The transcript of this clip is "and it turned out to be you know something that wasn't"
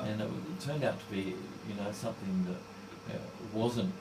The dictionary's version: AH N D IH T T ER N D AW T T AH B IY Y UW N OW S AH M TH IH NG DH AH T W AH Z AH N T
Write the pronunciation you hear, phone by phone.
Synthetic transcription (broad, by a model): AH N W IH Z T ER N D AW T T AH B IY Y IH N OW S AH M TH IH NG DH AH T W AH Z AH N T